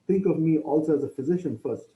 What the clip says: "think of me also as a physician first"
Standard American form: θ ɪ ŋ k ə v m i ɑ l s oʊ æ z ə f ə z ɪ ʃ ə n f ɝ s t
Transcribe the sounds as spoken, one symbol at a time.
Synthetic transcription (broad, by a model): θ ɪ ŋ k ə v m i ɑ l s oʊ æ z ə f ə z ɪ ʃ ə n f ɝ s t